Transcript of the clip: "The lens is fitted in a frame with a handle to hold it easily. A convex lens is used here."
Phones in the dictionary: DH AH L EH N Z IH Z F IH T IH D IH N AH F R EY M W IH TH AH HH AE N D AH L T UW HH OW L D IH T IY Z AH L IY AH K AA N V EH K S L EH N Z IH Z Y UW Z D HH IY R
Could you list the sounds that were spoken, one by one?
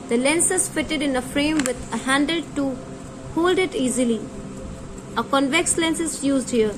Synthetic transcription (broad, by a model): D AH L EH N S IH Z F IH T IH D IH N AH F R EY M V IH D AH HH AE N D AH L T UW HH OW L D IH T IY Z AH L IY AH K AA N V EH K S L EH N S IH Z Y UW Z D HH IY R